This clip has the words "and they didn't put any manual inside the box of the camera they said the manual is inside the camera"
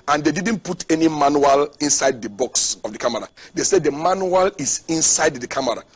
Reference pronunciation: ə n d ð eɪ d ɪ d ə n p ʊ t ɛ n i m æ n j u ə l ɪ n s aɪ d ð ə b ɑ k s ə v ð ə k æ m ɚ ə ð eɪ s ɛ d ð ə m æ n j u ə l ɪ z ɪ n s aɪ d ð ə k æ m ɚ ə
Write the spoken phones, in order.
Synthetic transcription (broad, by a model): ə n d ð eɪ d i d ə n p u t ɛ n i m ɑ n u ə l ɪ n s aɪ d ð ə b ɑ k s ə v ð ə k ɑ m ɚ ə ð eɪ s ɛ d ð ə m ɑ n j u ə l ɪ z ɪ n s aɪ d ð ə k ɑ m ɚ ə